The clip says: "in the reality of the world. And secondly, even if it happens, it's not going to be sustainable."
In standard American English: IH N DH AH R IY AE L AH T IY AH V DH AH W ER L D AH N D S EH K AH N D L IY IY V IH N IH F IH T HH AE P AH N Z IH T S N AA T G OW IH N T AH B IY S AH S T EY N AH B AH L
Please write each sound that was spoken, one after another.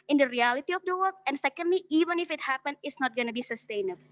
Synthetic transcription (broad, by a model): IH N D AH R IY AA L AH T IY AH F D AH W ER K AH N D S EH K AH N D L IY IY V IH N IH F IH T HH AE P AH N IH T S N AA T G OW N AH B IY S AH S T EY N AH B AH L